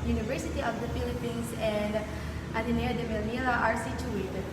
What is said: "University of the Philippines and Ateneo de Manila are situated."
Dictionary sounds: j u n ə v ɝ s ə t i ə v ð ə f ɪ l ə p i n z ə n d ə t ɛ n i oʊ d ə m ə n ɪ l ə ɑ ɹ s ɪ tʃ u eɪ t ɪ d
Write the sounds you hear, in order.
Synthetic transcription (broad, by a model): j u n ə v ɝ s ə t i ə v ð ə f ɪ l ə p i n s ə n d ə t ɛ n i d ə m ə l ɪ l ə ɑ ɹ s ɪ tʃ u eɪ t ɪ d